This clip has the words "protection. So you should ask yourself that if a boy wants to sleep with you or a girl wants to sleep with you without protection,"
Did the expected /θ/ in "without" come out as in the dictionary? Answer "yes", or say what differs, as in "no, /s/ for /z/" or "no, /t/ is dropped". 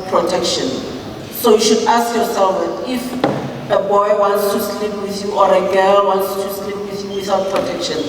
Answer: no, /s/ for /θ/